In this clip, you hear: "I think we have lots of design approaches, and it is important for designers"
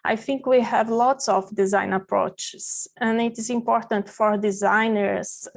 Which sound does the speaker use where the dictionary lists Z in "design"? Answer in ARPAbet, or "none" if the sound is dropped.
Z